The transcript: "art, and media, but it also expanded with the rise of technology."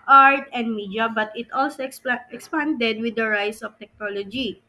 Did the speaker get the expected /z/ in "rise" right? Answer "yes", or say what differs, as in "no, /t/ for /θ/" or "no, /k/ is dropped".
no, /s/ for /z/